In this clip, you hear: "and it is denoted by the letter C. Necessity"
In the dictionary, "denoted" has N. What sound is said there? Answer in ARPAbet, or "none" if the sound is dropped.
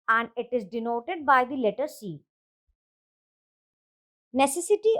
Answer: N